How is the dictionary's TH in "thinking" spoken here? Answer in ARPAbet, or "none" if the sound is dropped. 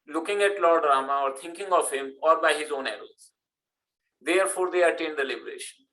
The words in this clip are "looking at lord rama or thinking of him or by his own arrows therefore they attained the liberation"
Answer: T